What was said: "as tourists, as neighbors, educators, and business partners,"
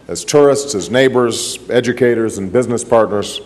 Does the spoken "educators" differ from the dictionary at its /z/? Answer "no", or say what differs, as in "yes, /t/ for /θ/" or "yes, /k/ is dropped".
no